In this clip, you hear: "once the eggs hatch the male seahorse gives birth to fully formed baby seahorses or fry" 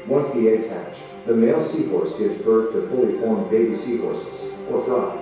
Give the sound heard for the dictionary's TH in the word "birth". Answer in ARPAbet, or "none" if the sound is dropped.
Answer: TH